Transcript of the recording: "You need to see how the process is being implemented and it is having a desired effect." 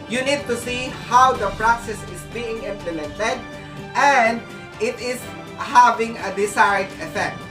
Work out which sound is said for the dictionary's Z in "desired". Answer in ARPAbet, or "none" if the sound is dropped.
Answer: S